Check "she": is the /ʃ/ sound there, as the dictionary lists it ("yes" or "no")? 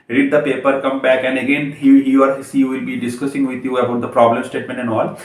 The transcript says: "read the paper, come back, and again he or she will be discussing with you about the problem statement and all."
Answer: no